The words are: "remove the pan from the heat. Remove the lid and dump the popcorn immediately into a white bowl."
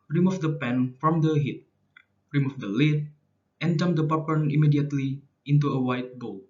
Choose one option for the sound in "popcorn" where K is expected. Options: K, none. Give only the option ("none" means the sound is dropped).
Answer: none